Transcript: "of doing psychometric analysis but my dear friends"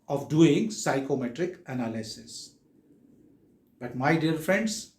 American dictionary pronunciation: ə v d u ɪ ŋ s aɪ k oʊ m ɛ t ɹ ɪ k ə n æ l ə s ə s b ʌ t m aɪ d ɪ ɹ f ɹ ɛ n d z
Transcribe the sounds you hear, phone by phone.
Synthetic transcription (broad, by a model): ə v d u ɪ ŋ s aɪ k oʊ m ɛ t ɹ ɪ k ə n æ l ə s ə s b ʌ t m aɪ d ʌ ɹ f ɹ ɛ n d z